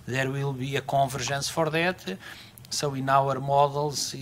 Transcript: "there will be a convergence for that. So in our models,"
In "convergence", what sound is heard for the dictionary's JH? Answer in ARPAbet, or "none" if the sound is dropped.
ZH